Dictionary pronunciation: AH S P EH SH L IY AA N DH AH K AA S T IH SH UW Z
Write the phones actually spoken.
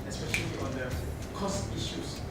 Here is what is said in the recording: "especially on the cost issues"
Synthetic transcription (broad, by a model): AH S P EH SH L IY AA N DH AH K AA S T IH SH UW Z